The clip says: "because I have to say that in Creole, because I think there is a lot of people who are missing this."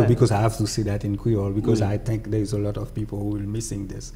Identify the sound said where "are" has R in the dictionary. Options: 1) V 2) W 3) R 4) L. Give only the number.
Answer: 4